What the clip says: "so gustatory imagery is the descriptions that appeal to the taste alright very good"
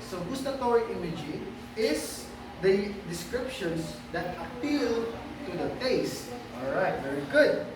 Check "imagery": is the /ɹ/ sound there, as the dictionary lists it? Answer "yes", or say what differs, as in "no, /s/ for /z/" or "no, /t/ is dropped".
no, /ɹ/ is dropped